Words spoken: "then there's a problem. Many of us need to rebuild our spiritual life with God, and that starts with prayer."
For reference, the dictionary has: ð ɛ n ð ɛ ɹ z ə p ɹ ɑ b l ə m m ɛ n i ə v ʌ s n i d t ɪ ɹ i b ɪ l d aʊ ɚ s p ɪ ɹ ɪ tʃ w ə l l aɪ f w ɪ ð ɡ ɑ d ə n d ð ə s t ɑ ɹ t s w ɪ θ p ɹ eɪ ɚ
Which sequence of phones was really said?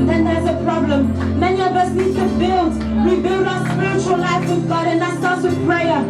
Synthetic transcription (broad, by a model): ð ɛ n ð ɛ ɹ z ə p ɹ ɑ b l ə m m ɛ n i ə v ʌ s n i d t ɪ ɹ i b ɪ l d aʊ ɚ s p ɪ ɹ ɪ tʃ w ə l l aɪ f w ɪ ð ɡ ɑ d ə n ð ə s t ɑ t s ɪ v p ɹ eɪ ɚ